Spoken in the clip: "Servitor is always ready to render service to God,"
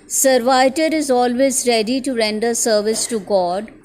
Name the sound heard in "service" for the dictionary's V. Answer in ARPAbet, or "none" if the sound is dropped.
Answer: V